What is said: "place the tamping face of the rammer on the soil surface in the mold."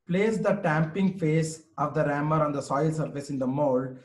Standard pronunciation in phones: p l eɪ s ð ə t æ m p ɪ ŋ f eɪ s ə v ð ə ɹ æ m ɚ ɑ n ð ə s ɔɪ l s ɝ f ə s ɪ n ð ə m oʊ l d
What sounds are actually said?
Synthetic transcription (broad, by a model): p l eɪ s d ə t æ m p ɪ ŋ f eɪ s ə v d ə ɹ æ m ɚ ɑ n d ə s ɔɪ l s ɝ f ə s ɪ n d ə m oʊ l d